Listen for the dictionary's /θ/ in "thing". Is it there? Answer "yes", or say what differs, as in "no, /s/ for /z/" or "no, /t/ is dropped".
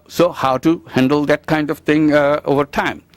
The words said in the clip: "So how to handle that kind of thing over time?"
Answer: no, /t/ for /θ/